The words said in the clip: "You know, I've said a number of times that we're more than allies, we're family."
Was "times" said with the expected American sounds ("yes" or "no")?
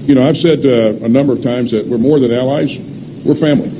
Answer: yes